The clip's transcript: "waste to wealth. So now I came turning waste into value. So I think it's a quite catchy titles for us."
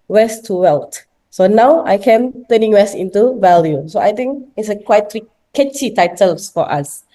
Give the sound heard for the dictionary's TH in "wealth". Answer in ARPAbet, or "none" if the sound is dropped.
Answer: T